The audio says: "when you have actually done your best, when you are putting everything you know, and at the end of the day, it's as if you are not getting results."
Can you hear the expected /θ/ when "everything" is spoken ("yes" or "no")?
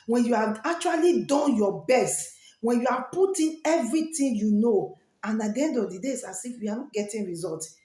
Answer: no